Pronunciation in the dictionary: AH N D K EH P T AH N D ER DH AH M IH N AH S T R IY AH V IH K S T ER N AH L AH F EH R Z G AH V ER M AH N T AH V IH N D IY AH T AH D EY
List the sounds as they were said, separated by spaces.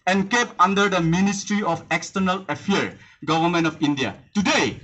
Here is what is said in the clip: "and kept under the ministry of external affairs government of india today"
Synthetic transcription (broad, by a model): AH N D K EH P AH N D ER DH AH M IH N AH S T R IY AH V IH K S T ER N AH L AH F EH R G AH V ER M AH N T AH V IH N D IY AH T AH D EY